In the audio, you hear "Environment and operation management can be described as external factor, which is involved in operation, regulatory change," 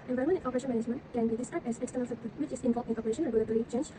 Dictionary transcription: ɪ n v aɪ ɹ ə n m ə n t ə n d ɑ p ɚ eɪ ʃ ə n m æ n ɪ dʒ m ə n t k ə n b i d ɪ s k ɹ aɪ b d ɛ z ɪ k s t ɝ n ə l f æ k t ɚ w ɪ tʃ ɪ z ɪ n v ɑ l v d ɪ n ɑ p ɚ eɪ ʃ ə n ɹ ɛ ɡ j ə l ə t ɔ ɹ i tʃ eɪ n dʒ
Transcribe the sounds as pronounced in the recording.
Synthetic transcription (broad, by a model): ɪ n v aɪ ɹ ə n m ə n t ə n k ɑ p ɚ eɪ ʃ ə n m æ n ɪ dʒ m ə n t k ə n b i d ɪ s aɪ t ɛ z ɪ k s t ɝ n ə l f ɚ w ɪ tʃ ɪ s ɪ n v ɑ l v ɪ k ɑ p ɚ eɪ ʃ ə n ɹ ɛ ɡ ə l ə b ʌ l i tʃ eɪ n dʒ